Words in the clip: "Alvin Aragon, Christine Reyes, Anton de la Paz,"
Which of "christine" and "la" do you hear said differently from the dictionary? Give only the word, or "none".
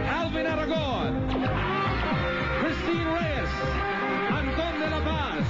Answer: la